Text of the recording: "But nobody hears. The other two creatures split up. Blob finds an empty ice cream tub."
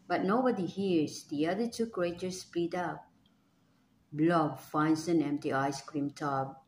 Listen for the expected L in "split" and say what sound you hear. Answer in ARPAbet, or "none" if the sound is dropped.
none